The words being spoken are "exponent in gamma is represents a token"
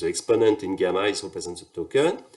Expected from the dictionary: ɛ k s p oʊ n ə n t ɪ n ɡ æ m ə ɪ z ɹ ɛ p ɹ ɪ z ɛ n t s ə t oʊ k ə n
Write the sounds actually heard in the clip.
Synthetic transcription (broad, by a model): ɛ k s p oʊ n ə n t ɪ n ɡ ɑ m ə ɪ s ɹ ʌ p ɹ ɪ z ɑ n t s ə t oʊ k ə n